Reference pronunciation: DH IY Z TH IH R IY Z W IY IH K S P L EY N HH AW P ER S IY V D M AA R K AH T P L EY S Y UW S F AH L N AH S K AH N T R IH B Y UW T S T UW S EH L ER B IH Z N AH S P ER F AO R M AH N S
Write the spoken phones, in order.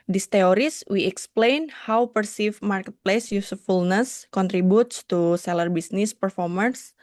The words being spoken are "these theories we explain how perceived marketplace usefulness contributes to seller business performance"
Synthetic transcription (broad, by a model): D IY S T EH R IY S W IY IH K S P L EY N HH AW P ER S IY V M AA R K AH T P L EY S Y UW S F AH L N AH S K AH N T R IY B Y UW T S T UW S EH L ER B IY S N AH S P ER F AO R M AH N S